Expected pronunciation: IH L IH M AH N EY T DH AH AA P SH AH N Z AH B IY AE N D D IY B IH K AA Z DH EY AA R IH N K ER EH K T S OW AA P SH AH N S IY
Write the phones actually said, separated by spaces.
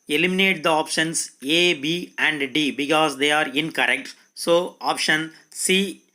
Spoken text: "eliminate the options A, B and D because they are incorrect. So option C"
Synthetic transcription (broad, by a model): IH L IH M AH N EY T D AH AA P SH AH N S AH B IY AE N D D IY B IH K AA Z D EY AA R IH N K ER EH K T S OW AA P SH AH N S IY